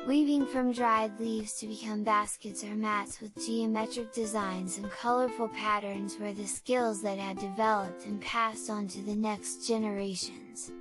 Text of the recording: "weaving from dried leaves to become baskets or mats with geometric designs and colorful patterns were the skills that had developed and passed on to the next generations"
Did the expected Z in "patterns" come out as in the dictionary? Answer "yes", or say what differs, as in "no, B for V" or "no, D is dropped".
yes